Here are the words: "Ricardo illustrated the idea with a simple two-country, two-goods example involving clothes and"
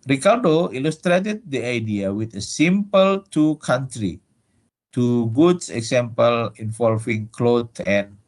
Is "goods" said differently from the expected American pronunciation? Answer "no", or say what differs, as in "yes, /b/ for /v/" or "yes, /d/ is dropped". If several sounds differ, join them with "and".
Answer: yes, /s/ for /z/